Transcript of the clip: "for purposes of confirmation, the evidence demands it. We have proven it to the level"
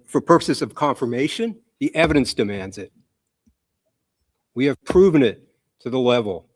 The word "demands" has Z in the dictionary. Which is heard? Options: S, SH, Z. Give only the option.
Z